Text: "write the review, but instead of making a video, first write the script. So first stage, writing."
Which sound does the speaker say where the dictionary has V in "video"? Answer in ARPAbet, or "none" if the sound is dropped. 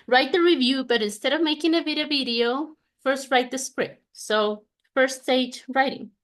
V